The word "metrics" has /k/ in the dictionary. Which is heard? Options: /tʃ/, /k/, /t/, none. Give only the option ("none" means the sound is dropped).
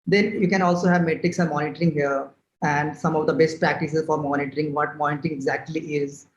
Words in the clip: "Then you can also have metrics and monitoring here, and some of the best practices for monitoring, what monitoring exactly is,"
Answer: /k/